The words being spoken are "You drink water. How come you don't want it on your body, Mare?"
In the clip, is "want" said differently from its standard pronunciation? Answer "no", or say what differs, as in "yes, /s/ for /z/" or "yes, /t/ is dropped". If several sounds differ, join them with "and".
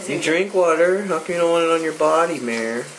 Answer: yes, /t/ is dropped